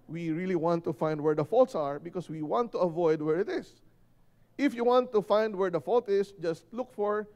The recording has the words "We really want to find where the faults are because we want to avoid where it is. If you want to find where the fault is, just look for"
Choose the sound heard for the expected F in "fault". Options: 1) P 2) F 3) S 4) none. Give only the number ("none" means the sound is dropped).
2